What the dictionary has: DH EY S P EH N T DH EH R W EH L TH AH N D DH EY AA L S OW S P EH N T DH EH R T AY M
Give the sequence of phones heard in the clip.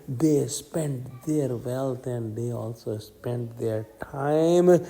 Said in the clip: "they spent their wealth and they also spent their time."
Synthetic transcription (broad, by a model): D EY S P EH N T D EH R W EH L T AH N D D EY AA L S OW S P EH N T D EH R T AY M